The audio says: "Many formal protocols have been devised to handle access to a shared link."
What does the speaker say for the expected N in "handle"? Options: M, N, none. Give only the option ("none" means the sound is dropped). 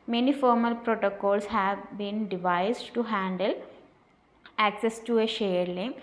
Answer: N